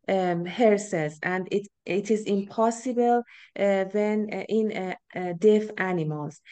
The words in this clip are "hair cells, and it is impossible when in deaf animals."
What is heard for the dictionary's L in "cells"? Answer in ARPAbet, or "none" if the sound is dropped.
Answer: none